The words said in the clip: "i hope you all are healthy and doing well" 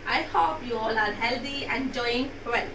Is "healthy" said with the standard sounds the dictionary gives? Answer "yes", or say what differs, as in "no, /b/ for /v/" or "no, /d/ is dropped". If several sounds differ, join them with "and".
no, /t/ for /θ/